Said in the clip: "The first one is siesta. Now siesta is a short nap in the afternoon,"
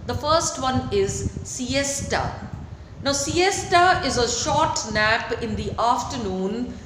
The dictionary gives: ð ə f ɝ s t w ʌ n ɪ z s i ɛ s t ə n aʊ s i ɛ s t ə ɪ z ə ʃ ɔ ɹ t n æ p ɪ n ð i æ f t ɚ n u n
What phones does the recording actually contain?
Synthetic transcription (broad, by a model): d ə f ɝ s t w ʌ n ɪ z s i ɛ s t ə n aʊ s i ɛ s t ə ɪ z ə ʃ ɔ ɹ t n æ p ɪ n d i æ f t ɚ n u n